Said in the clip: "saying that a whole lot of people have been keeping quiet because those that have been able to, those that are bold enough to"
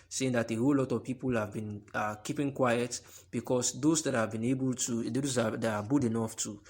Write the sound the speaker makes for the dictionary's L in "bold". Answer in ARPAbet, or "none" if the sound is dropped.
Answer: none